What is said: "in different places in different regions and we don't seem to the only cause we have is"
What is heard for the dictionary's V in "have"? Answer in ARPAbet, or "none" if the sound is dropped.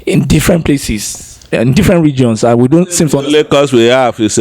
F